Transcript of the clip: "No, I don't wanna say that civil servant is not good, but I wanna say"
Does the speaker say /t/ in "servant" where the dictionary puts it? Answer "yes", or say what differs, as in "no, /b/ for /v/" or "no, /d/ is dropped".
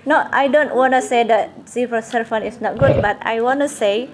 no, /t/ is dropped